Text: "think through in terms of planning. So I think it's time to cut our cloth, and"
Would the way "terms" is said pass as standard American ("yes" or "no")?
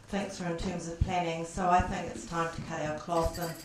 yes